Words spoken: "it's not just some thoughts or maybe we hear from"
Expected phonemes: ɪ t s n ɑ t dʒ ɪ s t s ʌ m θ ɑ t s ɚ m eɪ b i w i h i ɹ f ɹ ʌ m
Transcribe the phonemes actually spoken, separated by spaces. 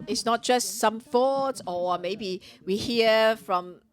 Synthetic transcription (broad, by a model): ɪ t s n ɑ t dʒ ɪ s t s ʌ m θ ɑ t ɔ m eɪ b i w i h i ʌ f ɹ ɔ m